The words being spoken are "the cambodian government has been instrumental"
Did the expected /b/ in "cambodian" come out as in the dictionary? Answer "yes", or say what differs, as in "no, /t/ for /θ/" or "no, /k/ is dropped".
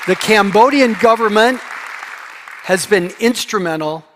yes